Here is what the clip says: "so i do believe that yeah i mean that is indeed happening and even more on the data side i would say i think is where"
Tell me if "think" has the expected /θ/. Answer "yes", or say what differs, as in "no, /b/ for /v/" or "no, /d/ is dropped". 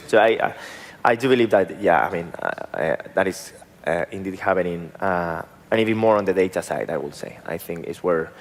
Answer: yes